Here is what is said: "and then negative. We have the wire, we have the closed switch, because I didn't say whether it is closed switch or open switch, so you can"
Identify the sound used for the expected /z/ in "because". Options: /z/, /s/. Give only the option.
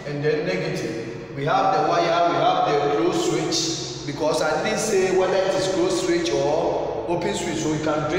/s/